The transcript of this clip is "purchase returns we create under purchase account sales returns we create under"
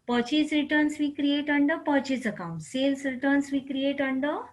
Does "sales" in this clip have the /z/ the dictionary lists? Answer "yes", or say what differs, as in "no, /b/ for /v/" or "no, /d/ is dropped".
no, /s/ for /z/